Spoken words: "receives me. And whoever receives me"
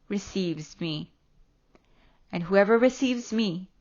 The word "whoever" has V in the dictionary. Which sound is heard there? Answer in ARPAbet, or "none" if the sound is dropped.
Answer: V